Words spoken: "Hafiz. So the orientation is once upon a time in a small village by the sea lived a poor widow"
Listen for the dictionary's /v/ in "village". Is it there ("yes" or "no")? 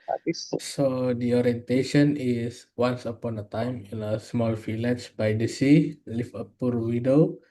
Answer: no